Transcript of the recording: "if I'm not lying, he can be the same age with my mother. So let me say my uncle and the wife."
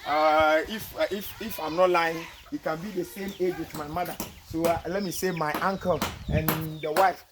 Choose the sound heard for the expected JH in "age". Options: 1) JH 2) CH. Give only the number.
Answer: 1